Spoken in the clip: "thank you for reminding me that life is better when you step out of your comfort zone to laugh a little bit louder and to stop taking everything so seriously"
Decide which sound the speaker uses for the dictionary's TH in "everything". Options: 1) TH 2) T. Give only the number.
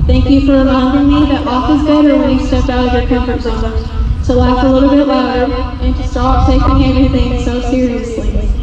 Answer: 1